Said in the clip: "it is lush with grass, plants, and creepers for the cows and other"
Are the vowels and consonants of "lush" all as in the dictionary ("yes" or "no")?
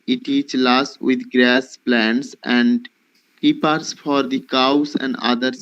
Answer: no